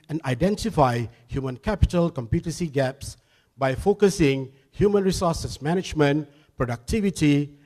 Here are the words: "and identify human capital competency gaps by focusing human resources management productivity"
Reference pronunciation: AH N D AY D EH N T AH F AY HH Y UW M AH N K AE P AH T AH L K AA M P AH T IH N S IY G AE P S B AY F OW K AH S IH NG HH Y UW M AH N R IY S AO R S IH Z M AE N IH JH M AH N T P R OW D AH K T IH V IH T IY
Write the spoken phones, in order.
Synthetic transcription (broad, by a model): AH N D AY D EH N T AH F AY HH Y UW M AH N K AE P AH T AH L K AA M P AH T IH S IY G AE P S B AY F OW K AH S IH NG HH Y UW M AH N R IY S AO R S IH S M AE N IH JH M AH N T P R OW D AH K T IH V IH T IY